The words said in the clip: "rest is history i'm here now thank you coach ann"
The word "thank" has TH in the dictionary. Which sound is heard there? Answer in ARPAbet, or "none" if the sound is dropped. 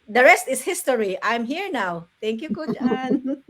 T